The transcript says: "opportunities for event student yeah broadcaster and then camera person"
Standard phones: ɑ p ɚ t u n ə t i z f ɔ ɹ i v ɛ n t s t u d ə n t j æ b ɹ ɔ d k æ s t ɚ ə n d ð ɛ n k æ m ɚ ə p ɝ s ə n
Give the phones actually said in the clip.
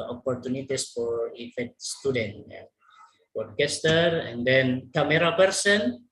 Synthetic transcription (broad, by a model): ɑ p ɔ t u n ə t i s f ɔ ɹ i f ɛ t s t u d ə n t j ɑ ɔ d k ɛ s t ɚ ə n d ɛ n k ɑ m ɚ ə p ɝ s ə n